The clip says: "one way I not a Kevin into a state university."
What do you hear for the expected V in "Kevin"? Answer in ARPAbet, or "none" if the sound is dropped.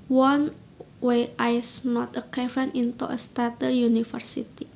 F